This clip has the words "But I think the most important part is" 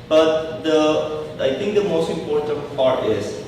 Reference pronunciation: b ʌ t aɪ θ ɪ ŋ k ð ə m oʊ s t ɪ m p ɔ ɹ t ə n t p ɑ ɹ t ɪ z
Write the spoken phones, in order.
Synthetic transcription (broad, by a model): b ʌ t aɪ t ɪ ŋ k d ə m oʊ s t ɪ m p ɔ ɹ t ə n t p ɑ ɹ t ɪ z